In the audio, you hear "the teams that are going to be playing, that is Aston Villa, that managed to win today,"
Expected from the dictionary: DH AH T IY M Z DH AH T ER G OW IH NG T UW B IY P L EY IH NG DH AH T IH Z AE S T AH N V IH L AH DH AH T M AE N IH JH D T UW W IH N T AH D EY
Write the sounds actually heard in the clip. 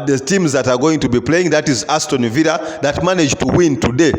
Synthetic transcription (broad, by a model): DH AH T IY M Z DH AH T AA G OW IH NG T UW B IY P L EY IH NG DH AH T IH Z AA S T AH N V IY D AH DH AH T M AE N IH JH T UW W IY N T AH D EY